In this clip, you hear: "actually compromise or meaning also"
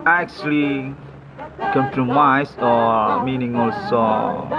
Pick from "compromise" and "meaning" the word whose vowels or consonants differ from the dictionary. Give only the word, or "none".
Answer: compromise